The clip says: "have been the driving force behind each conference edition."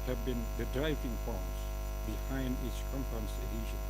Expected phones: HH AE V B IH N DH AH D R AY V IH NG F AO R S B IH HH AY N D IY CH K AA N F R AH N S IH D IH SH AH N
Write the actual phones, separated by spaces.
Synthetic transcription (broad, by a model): HH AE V B IH N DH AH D R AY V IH NG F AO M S B IH HH AY N D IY S K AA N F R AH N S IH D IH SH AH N